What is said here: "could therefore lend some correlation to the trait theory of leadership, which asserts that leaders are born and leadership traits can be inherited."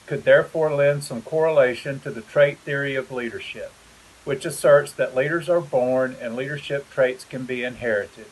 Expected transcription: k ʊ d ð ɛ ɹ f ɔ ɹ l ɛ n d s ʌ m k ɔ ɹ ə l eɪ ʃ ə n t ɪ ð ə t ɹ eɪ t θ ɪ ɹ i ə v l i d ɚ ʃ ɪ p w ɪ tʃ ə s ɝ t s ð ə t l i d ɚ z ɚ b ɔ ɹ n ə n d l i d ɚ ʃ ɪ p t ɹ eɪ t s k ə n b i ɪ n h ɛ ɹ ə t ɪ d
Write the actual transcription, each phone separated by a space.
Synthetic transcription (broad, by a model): k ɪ d ð ɛ ɹ f ɔ ɹ l ɛ n d s ʌ m k ɔ ɹ ə l eɪ ʃ ə n t ɪ ð ə t ɹ eɪ t θ ɪ ɹ i ə v l i d ɚ ʃ ɪ p w ɪ tʃ ə s ɝ t s ð ə t l i d ɚ z ɚ b ɔ ɹ n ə n l i d ɚ ʃ ɪ p t ɹ eɪ t s k ə n b i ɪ n h ɛ ɹ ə t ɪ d